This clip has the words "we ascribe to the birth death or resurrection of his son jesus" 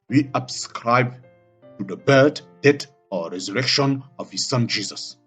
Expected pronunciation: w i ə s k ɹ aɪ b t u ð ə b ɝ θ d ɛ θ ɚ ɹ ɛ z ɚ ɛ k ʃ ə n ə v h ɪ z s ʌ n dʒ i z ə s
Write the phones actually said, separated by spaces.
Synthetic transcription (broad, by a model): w i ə s k ɹ aɪ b t u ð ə b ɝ t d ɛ t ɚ ɹ ɛ z ɚ ɛ k ʃ ə n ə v h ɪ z s ʌ n dʒ i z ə s